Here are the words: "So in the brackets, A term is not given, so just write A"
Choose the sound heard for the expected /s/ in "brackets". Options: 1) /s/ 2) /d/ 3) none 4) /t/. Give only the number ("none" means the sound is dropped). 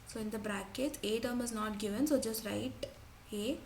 3